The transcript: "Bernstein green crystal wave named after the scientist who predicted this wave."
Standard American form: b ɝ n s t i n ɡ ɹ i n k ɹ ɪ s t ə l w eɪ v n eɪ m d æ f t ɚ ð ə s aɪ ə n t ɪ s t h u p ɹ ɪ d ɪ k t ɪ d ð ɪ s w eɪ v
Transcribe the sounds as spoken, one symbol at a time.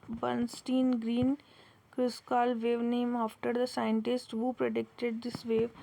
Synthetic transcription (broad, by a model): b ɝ n s t i n ɡ ɹ i n k ɹ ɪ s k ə l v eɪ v n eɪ m ɑ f t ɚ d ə s aɪ ə n t ɪ s t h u p ɹ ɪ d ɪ k t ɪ d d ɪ s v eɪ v